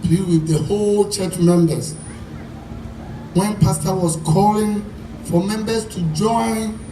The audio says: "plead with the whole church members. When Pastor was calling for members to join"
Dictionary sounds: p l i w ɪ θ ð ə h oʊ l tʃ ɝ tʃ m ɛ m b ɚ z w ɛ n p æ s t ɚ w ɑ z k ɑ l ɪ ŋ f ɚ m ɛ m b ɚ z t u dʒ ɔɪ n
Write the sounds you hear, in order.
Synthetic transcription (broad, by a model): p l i w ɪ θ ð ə h oʊ l tʃ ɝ tʃ m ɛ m b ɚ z w ɛ n p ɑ s t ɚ w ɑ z k ɑ l ɪ ŋ f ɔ m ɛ m b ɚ s t u dʒ ɔɪ n